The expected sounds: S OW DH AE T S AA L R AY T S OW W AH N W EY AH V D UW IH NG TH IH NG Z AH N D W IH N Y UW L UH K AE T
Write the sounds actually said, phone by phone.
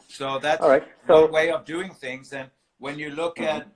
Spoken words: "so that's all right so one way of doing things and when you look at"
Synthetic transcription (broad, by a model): S OW DH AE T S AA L R AY T S OW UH W EY AH V D UW IH NG TH IH NG Z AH N W IH N Y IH L UH K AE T